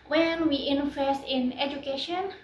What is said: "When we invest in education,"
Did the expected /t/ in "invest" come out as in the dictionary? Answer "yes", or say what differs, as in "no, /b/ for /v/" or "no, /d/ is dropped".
no, /t/ is dropped